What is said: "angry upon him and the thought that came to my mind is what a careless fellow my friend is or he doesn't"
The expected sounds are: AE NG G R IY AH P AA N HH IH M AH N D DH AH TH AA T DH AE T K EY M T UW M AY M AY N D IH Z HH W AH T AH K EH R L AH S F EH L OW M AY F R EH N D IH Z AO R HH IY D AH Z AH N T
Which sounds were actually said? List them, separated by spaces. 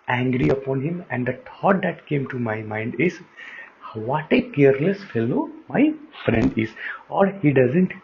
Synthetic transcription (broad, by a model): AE NG G R IY AH P AA N HH IH M AH N D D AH T AA T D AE T K EY M T UW M AY M AY N D IH Z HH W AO T AH K EH R L AH S F EH L OW M AY F R EH N D IH Z AO R HH IY D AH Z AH N T